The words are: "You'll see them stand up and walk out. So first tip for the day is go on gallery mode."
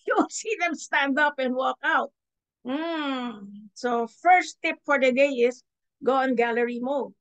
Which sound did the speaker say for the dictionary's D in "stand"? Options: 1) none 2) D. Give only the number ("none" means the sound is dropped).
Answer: 2